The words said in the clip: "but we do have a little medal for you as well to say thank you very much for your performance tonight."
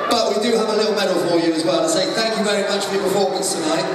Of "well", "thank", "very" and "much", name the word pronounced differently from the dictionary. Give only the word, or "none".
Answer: none